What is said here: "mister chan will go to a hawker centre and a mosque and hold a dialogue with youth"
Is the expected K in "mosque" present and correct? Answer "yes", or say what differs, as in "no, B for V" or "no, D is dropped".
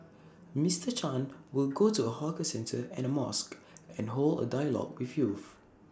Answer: yes